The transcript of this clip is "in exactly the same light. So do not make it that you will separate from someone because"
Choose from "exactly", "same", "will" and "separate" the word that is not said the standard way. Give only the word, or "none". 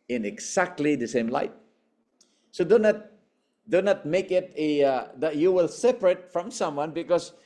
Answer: exactly